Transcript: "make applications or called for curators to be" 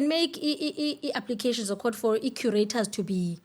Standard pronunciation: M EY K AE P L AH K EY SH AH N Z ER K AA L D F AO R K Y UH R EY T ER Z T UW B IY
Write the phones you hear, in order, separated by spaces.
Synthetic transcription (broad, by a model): M EY K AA P L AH K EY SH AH N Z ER K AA D F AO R K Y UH R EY T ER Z T UW B IY